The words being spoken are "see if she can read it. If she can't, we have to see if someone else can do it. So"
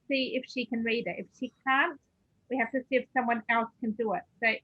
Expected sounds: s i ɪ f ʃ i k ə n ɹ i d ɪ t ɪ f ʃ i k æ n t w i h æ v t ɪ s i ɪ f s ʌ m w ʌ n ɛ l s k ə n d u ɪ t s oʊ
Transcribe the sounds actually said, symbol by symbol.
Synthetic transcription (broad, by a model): s i ɪ f ʃ i k ə n ɹ i d ɪ t ɪ f ʃ i k æ n t w i h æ f t ɪ s i ɪ f s ʌ m w ʌ n ɛ l s k ə n d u ɪ t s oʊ